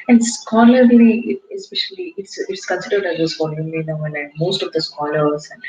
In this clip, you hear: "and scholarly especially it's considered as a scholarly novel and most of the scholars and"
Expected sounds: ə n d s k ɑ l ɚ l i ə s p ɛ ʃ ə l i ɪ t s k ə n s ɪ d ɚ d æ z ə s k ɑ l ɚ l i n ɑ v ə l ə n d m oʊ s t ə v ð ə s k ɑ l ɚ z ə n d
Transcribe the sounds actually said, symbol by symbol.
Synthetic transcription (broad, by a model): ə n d s k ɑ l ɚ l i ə s p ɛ ʃ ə l i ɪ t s k ə n s ɪ d ɚ d æ z ə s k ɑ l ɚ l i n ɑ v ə n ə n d m oʊ s t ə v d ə s k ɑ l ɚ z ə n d